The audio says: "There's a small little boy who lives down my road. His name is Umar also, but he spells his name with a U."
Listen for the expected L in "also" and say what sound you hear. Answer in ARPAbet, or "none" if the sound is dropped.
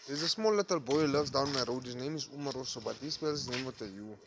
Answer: none